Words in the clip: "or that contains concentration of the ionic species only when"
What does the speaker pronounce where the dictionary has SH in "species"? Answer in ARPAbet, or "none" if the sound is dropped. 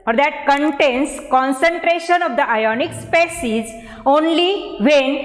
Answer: S